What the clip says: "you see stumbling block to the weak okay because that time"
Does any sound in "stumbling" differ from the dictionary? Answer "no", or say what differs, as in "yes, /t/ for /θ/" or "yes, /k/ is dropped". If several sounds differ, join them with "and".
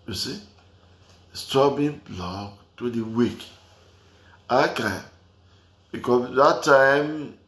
yes, /m/ is dropped and /l/ is dropped